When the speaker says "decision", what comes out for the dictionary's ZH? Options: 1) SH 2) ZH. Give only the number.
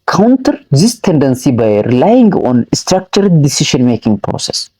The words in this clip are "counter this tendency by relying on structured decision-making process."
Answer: 1